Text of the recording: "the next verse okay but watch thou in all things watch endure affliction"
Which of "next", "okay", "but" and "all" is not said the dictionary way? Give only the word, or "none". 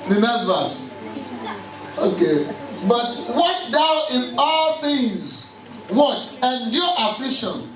next